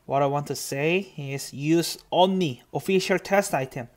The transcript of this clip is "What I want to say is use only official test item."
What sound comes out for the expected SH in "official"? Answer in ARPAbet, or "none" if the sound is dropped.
SH